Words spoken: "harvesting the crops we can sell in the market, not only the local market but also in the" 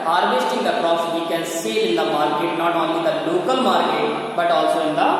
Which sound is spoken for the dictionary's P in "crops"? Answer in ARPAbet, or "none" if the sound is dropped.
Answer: none